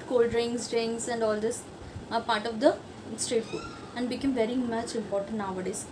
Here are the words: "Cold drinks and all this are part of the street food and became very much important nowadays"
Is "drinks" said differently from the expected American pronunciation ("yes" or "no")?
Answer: yes